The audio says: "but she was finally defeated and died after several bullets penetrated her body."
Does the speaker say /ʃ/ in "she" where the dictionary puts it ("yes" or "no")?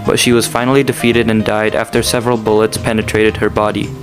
yes